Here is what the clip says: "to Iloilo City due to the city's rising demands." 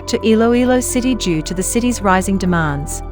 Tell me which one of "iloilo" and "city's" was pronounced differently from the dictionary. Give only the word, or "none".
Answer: none